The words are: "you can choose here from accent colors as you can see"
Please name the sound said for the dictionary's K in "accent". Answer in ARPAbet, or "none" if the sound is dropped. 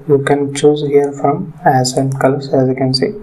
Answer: none